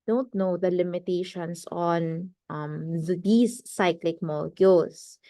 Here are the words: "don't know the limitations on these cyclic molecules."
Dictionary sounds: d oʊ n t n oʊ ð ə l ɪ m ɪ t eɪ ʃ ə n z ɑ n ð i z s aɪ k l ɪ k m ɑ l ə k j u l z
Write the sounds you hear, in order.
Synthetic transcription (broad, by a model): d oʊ n t n oʊ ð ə l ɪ m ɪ t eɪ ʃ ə n s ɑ n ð i s aɪ k l ɪ k m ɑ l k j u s